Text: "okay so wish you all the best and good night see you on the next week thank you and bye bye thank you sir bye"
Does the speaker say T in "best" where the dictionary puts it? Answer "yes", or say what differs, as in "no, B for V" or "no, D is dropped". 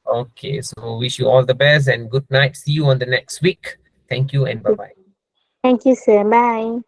no, T is dropped